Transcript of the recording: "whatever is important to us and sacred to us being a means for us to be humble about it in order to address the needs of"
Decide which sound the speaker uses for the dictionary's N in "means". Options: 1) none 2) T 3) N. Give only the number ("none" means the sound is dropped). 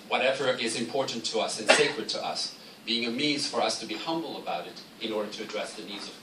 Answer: 1